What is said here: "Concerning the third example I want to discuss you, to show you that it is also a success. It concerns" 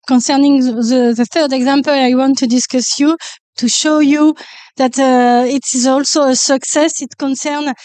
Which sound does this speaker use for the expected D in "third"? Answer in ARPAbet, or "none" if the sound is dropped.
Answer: D